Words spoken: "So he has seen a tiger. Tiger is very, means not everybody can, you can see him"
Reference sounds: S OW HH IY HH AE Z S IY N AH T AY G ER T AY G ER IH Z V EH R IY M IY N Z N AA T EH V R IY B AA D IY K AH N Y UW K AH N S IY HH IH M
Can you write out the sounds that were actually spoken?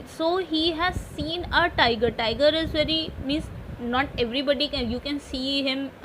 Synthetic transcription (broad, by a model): S OW HH IY HH AE Z S IY N AH T AY G ER T AY G ER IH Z V EH R IY M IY N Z N AA T EH V R IY B AA D IY K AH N Y UW K AH N S IY HH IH M